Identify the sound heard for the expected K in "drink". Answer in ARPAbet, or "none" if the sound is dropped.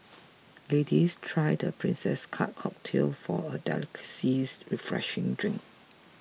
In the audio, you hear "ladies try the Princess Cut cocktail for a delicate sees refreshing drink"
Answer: K